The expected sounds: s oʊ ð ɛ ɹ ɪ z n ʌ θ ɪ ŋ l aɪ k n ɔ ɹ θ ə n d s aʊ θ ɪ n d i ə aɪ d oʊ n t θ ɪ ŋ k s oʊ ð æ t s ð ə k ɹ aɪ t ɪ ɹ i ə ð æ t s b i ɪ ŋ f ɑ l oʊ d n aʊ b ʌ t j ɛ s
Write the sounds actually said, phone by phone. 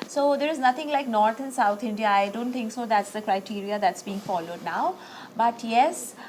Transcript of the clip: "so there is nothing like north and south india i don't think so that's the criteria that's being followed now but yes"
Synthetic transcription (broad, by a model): s oʊ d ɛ ɹ ɪ z n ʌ t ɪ ŋ l aɪ k n ɔ ɹ t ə n s aʊ t ɪ n d i ə aɪ d oʊ n t t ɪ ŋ k s oʊ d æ t s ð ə k ɹ aɪ t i ɹ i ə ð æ t s b i ɪ ŋ f ɑ l oʊ d n aʊ b ʌ t j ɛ s